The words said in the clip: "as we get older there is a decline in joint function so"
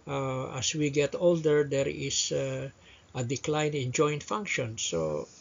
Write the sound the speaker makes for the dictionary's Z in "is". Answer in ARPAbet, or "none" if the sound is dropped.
S